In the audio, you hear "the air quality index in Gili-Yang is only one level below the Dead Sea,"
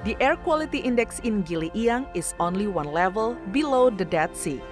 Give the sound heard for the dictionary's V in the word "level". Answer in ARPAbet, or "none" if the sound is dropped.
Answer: V